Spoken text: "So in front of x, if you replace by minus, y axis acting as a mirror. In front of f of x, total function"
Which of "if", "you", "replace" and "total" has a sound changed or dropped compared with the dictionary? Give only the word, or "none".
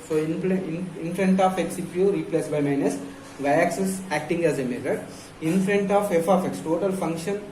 if